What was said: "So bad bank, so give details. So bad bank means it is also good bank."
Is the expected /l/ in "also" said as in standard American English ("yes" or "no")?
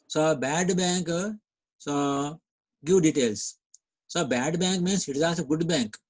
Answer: no